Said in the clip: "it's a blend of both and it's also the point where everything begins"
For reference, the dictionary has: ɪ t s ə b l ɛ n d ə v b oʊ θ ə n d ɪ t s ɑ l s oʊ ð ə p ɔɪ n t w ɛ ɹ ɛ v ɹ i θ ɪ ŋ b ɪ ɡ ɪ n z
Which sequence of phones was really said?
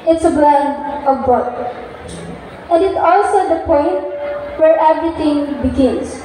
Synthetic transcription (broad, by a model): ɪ t s ə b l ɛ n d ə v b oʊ t ə n d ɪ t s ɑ l s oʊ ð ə p ɔɪ n t w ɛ ɹ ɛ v ɹ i t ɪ ŋ b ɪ ɡ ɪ n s